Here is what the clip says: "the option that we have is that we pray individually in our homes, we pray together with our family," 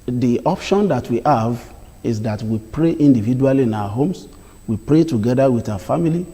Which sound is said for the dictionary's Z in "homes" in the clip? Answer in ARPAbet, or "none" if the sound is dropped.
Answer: S